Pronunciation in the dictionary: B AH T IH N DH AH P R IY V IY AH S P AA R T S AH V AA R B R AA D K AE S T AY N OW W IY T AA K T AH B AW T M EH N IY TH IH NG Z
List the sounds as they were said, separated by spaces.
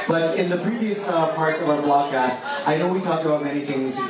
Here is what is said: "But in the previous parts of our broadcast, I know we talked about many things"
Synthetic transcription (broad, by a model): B AH T IH N DH AH P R IY V IY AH S P AA R T S AH V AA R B L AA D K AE S T AY N OW W IY T AA K T AH B AW T M EH N IY TH IH NG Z